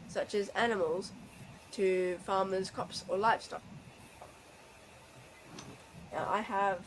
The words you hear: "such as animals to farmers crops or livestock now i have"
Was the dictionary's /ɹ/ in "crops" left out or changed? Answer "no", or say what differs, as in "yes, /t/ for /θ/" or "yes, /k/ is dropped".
yes, /ɹ/ is dropped